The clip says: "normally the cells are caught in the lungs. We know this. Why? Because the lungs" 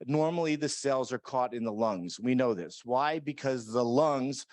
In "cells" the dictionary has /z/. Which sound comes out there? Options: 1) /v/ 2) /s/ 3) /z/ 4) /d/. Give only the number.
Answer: 3